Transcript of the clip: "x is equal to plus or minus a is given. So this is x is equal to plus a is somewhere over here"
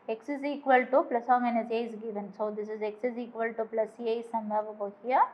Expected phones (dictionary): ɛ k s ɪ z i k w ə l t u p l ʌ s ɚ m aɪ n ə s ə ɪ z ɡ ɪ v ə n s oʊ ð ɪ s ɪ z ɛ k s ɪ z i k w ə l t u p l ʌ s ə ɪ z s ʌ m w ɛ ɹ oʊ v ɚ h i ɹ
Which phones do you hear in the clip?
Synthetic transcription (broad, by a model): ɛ k s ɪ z i k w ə l t u p l ʌ s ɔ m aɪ n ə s ə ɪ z ɡ ɪ v ə n s oʊ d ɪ s ɪ z ɛ k s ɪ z i k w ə l t u p l ʌ s ə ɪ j s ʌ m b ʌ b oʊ b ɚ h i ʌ